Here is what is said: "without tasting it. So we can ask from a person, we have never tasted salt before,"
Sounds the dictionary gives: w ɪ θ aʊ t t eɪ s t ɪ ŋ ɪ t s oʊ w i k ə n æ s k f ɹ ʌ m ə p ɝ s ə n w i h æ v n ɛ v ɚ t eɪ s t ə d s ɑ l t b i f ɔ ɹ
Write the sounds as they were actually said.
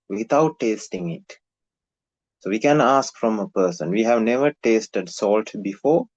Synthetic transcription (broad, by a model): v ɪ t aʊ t t eɪ s t ɪ ŋ ɪ t s oʊ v i k ə n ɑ s k f ɹ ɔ m ə p ɝ s ə n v i h æ v n ɛ v ɚ t eɪ s t ə d s ɑ l t b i f ɔ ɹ